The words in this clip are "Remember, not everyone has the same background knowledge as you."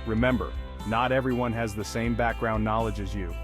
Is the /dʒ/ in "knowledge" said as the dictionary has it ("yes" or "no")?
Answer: yes